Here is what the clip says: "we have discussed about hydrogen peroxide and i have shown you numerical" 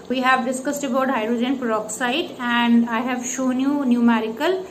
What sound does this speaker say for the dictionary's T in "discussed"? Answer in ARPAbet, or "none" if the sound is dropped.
T